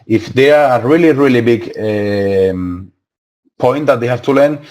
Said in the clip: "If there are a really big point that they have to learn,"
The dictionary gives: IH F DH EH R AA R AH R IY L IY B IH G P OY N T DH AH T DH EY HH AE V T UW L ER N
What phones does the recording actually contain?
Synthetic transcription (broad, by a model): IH F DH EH R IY L AH R IY L IY B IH G P OY N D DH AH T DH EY HH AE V T UW L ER N